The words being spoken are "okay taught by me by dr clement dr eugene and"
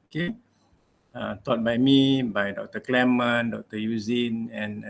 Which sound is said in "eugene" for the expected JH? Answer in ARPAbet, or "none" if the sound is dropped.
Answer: Z